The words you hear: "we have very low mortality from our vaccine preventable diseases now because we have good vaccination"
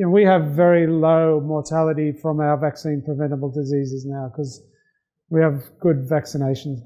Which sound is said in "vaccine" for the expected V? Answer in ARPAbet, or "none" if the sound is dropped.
V